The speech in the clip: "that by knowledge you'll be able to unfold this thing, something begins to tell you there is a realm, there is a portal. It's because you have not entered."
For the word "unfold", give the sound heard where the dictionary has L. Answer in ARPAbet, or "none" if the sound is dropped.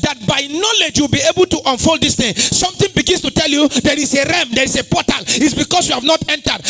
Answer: L